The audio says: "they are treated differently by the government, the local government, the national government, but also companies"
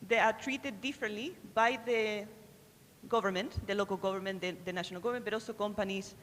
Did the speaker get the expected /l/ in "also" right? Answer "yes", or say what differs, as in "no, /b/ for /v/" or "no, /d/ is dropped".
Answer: no, /l/ is dropped